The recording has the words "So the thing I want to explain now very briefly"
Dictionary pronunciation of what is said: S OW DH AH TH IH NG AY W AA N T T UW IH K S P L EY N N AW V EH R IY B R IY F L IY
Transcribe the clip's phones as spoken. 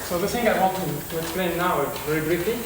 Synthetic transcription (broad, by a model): S OW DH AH S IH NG AY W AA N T T UW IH K S P L EY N N AW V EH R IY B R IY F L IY